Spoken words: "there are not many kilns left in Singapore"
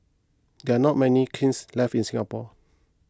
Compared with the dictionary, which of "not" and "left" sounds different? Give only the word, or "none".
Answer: left